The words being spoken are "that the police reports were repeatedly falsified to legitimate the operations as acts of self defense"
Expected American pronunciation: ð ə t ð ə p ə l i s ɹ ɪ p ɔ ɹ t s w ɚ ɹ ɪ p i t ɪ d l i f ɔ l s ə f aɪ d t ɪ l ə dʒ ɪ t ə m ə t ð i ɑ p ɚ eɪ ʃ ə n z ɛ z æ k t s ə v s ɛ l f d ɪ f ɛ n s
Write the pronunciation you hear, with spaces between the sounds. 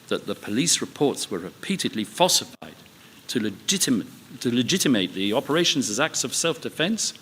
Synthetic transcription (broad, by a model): ð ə t ð ə p ə l i s ɹ ɪ p ɔ ɹ t s w ɚ ɹ ɪ p i t ɪ d l i f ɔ s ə f aɪ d t ɪ l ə dʒ ɪ t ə m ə t ð i ɑ p ɚ eɪ ʃ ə n z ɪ z æ k t s ə v s ɛ l f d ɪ f ɛ n s